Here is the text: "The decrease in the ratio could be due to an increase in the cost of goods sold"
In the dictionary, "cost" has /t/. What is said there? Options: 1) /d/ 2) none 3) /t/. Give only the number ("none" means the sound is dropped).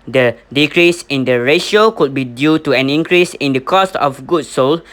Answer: 3